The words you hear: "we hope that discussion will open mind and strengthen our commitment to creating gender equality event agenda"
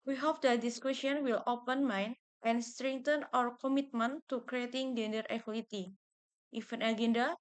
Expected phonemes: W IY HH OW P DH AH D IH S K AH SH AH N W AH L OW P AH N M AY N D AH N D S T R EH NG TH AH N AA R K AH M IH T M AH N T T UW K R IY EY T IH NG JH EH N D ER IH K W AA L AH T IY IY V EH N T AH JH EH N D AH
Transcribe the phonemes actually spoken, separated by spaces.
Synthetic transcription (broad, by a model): W IY HH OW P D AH D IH S K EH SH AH N W AH L OW P AH N M AY N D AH N S T R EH NG T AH N AA R K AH M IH T M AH N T T UW K R IY EY T IH NG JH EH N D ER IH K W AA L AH T IY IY F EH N AH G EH N D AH